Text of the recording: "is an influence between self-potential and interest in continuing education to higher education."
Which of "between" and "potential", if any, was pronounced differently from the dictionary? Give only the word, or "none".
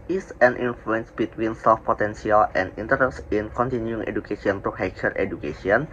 potential